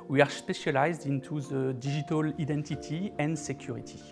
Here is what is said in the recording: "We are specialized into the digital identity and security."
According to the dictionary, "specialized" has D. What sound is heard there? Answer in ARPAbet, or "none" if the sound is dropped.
D